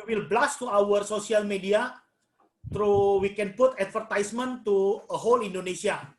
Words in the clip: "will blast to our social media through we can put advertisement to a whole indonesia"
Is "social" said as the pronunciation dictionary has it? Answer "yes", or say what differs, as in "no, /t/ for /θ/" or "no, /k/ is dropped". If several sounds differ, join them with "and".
no, /s/ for /ʃ/